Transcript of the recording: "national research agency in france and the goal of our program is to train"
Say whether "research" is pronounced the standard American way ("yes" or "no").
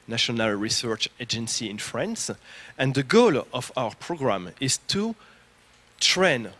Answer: yes